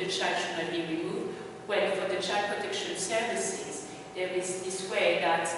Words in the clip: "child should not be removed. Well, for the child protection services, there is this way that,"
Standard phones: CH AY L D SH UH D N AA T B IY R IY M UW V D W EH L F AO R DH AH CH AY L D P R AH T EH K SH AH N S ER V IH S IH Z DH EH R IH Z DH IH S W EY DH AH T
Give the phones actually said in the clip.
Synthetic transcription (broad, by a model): CH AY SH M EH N B IY R IY M UW V D W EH N F AO R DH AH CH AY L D P R AH T EH K SH AH N S ER V IH S IH Z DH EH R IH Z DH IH S W EY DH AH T